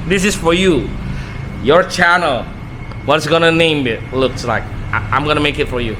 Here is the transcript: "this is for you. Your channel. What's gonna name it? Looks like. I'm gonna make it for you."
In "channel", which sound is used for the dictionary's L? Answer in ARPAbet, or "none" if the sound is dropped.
L